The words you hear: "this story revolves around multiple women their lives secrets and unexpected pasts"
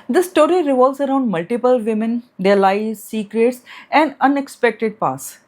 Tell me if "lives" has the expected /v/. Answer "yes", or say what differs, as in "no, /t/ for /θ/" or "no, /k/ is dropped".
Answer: no, /v/ is dropped